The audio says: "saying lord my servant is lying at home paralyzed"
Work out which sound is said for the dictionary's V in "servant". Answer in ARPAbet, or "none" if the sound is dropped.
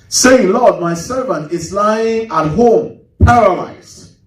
V